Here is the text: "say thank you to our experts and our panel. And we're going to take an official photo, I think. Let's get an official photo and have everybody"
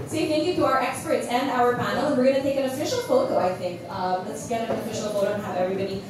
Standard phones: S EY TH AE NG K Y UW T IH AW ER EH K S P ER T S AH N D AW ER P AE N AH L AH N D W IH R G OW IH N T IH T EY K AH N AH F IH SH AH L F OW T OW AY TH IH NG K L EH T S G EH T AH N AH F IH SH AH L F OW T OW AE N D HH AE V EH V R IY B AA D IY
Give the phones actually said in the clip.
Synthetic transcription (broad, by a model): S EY F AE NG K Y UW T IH AW ER EH K S P ER T S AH N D AW ER P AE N L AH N W IH R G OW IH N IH T EY K AH N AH F IH SH L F OW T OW AY TH IH NG K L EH T S G EH T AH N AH F IH SH L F OW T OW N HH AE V EH V R IY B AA D IY